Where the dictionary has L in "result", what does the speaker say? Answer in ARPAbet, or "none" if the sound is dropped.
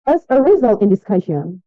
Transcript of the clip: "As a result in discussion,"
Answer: L